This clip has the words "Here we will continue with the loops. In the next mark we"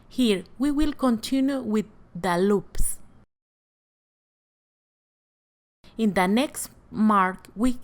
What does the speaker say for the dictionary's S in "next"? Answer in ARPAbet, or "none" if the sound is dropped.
S